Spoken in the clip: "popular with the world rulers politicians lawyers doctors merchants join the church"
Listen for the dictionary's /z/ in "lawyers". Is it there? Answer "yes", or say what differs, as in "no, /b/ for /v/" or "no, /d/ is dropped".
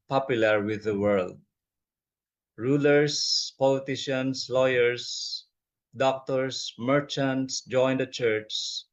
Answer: no, /s/ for /z/